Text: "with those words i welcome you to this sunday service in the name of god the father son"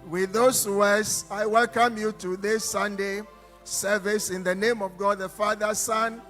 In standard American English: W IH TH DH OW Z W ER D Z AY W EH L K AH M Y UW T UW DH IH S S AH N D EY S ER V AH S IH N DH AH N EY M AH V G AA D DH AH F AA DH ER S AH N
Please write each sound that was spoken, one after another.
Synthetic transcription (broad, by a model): W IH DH OW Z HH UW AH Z AY W EH L K AH M Y UW T UW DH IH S S AH N D EY S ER V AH S IH N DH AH N EY M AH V G AA D DH AH F AA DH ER S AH N